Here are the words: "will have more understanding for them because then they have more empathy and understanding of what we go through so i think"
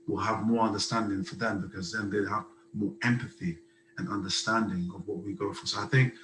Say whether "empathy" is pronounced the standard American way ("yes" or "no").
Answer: yes